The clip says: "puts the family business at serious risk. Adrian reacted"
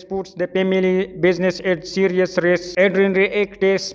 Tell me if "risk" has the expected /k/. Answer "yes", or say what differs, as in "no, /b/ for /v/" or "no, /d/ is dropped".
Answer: no, /k/ is dropped